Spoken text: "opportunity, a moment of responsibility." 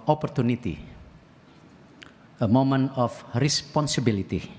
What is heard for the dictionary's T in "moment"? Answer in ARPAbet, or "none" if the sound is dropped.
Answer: none